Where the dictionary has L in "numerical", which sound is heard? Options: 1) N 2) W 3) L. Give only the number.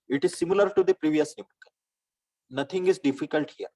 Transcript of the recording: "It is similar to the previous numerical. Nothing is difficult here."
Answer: 1